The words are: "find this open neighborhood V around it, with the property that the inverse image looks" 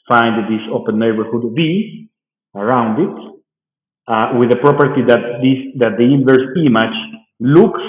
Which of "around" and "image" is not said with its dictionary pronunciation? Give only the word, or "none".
image